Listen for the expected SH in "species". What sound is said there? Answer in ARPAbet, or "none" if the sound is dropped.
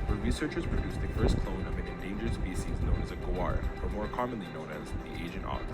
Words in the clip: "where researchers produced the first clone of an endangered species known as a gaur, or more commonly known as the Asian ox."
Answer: S